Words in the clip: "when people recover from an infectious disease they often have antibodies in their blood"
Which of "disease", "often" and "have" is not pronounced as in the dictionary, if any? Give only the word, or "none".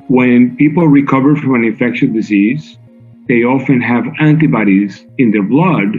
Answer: none